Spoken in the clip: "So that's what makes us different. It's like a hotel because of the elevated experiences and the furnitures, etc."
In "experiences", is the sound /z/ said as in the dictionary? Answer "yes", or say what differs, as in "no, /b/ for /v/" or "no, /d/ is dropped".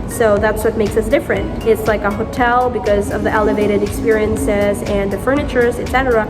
yes